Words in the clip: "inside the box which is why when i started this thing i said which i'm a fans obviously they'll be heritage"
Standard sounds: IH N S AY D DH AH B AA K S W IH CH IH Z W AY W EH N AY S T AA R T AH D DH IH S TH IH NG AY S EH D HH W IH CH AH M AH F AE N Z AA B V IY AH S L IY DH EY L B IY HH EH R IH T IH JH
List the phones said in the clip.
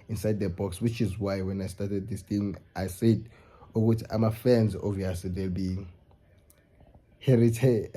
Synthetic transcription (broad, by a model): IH N S AY D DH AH B AA K S W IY CH IH Z W AY W EH N AY S T AA T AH D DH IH S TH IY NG AY S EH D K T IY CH AH M AH F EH N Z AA V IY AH S L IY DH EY L B IY HH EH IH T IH